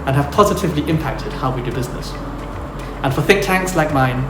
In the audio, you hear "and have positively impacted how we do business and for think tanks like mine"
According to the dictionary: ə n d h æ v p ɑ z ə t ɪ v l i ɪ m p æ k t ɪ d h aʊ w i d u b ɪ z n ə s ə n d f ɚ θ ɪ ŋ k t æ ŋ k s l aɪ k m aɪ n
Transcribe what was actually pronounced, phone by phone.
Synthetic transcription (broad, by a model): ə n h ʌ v p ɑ z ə t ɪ v l i ɪ m p æ k t ɪ d h aʊ w i d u b ɪ z n ə s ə n f ɚ θ ɪ k t æ ŋ k s l aɪ k m aɪ n